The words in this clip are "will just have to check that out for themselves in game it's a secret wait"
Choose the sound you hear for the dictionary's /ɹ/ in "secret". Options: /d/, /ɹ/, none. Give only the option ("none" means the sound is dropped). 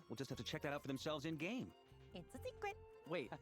none